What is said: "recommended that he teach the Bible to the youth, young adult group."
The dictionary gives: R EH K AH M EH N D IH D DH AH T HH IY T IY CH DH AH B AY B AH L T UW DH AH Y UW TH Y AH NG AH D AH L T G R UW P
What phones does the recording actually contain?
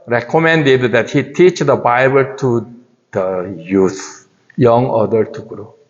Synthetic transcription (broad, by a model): R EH K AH M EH N D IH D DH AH T HH IY T IY CH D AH B AY B AH L T UW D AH Y UW T Y AH NG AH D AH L T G R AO